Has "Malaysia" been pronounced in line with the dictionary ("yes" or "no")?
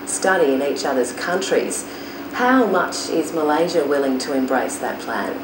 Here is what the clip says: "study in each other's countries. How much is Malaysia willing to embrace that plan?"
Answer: yes